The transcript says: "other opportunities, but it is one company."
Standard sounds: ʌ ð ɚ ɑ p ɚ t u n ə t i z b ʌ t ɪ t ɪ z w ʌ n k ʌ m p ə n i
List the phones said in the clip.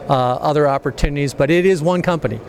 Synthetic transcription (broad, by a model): ʌ ð ɚ ɑ p ɚ t u n ə t i z b ʌ t ɪ t ɪ z w ʌ n k ʌ m p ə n i